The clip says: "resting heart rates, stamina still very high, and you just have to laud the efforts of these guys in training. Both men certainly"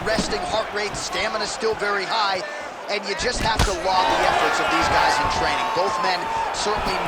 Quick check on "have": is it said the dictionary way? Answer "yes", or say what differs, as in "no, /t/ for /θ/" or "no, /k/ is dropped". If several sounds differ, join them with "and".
no, /f/ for /v/